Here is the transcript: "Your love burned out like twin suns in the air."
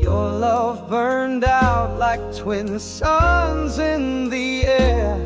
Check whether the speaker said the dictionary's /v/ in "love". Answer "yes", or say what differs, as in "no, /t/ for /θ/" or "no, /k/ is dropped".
yes